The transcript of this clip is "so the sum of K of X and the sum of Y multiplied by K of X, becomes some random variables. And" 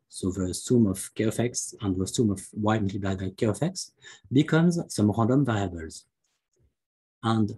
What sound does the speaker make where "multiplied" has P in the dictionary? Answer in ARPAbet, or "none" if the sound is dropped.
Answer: B